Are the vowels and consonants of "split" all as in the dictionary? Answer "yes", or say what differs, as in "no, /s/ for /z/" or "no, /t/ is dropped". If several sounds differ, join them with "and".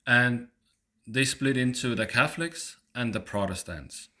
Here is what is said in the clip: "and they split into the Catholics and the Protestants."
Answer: yes